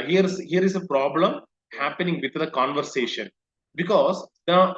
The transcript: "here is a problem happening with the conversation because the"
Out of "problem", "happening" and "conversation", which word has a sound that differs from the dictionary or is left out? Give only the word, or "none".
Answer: none